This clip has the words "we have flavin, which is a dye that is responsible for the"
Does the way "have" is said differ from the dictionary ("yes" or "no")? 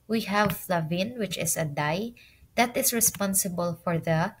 no